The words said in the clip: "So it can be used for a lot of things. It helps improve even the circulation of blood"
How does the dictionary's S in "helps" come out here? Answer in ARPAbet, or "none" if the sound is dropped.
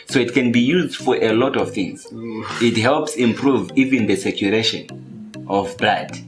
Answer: S